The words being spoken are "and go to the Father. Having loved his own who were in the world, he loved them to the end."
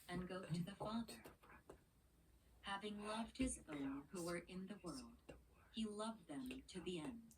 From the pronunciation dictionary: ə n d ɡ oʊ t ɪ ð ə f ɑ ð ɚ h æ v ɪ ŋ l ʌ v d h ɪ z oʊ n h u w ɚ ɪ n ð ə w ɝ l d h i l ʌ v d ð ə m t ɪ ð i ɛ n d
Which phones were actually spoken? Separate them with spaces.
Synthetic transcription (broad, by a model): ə n ɡ oʊ t ɪ ð ə f ɑ ð ɚ h æ v ɪ ŋ l ʌ v d h ɪ z oʊ n h u w ɚ ɪ n ð ə w ɝ l d h i l ʌ v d ð ə m t ɪ ð i ɛ n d